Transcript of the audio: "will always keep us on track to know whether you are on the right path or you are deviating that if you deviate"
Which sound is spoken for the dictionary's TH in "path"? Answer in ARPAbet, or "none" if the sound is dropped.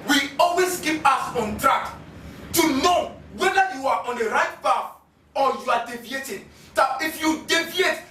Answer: F